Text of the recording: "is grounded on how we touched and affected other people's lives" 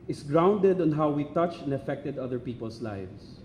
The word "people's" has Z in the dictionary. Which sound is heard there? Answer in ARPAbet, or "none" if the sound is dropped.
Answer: S